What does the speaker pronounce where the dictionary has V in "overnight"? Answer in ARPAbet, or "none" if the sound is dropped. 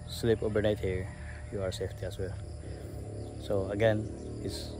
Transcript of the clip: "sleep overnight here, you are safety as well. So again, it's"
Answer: B